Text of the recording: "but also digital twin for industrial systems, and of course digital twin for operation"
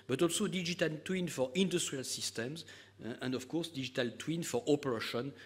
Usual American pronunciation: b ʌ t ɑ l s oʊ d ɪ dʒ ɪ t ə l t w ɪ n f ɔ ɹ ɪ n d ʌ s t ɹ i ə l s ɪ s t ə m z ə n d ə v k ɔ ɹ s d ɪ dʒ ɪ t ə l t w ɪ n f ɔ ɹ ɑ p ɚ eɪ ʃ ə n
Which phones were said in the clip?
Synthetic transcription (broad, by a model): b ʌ t ɑ l s oʊ d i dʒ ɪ t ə l t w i n f ɔ ɹ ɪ n d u s t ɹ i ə l s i s t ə m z ə n d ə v k ɔ ɹ s d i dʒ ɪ t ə l t w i n f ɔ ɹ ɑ p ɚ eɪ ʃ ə n